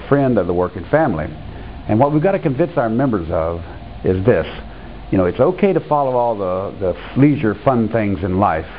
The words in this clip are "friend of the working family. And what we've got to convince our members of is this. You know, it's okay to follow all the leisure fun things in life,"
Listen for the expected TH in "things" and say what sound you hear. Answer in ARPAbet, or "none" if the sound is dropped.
TH